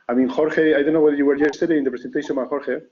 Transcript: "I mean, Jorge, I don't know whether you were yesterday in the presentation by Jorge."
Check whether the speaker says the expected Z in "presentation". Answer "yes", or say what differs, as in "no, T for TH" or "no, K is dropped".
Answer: no, S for Z